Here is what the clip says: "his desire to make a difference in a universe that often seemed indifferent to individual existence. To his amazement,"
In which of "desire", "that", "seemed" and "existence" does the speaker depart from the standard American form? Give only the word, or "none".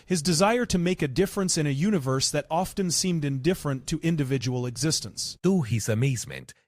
none